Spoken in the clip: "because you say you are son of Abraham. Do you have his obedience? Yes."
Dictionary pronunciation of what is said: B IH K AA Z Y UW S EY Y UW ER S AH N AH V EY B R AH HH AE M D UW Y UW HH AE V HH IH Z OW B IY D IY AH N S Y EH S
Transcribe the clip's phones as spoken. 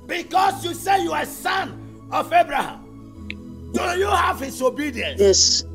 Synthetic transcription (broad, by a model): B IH K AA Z Y UW S EY Y UW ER S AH N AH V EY B R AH HH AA M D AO Y UW HH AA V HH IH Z OW B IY D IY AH N Y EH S